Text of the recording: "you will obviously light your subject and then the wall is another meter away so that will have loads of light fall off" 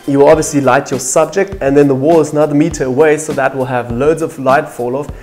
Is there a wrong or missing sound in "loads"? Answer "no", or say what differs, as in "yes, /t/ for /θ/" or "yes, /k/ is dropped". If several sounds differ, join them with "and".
no